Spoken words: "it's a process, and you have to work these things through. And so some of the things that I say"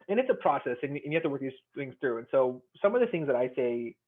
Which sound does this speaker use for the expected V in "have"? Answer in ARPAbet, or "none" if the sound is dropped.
F